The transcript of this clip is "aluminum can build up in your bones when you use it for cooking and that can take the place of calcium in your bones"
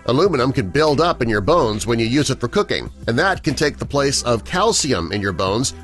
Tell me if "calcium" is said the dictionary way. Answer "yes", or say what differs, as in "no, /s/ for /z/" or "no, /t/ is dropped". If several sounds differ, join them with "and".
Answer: yes